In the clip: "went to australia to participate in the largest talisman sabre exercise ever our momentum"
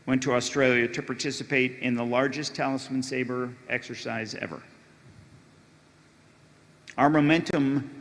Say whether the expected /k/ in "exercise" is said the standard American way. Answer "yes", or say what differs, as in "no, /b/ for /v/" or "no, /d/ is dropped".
yes